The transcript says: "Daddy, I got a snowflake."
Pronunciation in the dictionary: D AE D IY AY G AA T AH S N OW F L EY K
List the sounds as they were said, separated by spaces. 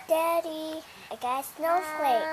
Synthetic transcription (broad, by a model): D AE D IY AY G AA AH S N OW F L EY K